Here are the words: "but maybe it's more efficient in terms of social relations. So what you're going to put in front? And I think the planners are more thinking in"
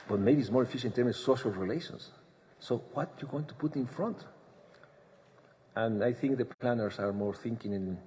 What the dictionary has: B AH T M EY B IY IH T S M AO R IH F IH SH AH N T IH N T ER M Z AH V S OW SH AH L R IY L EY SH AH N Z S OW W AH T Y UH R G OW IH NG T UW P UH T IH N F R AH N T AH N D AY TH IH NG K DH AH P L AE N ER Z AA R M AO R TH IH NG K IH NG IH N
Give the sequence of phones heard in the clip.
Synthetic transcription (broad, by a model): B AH T M EY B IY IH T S M AO R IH F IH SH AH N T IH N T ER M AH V S OW SH AH L R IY L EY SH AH N S OW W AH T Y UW G OW IH NG T UW P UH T IH N F R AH N T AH N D AY TH IH NG K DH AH P L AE N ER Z AA R M AO R TH IH NG K IH NG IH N